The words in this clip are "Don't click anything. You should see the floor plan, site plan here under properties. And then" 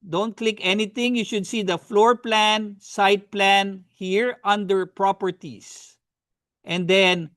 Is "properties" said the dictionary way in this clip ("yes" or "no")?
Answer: no